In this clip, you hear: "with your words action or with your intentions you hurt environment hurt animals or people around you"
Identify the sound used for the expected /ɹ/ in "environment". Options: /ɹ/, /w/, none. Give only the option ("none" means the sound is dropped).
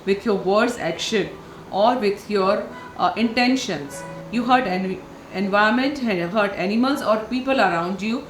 none